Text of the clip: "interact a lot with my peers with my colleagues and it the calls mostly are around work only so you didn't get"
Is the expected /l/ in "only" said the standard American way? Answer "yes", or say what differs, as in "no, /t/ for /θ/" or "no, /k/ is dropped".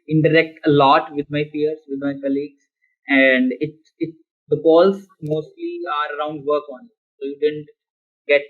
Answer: no, /l/ is dropped